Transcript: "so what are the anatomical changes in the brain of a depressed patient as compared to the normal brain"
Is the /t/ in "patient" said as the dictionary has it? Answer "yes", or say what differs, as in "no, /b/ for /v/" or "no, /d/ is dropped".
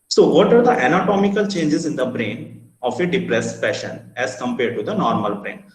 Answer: no, /t/ is dropped